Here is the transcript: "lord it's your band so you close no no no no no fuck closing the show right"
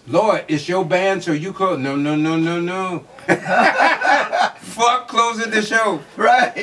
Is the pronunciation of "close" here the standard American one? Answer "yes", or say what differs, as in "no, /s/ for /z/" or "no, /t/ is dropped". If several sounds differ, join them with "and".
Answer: no, /l/ is dropped and /s/ is dropped